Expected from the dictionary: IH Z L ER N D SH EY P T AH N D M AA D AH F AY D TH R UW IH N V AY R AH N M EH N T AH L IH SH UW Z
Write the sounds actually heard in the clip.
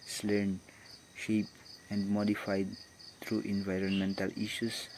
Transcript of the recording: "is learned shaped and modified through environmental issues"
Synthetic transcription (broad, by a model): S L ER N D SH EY P AH N D M AA D AH F AY D T R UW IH N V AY R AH N M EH N T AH L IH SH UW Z